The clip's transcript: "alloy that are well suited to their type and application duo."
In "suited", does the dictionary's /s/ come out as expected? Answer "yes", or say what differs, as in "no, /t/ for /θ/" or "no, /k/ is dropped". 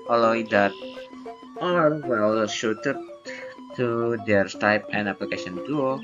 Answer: no, /ʃ/ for /s/